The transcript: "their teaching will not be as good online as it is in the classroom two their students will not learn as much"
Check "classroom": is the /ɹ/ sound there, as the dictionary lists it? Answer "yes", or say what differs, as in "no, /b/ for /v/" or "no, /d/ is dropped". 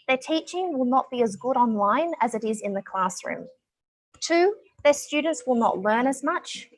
yes